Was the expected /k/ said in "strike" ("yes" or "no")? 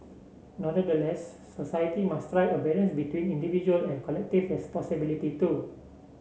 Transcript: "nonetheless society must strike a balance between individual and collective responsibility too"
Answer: no